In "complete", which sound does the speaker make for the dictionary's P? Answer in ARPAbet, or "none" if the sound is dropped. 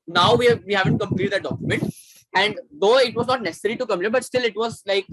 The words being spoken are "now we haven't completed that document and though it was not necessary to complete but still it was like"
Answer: none